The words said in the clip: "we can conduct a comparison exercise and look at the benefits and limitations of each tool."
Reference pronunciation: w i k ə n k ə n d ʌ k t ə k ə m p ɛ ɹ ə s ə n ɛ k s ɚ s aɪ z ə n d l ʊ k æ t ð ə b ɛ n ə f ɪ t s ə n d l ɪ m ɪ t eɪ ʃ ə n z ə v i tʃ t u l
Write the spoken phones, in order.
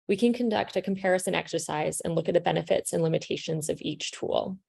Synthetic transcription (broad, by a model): w i k ə n k ə n d ʌ k t ə k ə m p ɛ ɹ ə s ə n ɛ k s ɚ s aɪ z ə n l ʊ k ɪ t ð ə b ɛ n ə f ɪ t s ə n l ɪ m ɪ t eɪ ʃ ə n z ə v i tʃ t u l